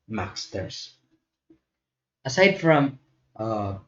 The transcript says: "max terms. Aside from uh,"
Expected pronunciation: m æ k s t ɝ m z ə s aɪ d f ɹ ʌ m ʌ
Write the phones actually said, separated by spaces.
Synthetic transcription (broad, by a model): m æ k s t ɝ z ə s aɪ d f ɹ ʌ m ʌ